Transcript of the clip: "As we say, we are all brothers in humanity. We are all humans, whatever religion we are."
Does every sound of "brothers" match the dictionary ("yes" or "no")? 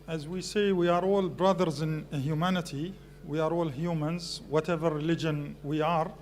yes